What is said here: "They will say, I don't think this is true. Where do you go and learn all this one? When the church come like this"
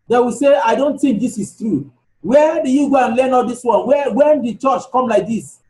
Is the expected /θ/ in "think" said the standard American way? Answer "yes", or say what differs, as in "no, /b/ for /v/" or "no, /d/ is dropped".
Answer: no, /t/ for /θ/